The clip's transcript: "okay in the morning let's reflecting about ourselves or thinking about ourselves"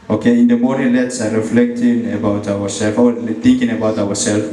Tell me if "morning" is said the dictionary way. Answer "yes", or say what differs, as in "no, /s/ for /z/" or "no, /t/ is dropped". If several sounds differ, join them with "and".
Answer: no, /n/ is dropped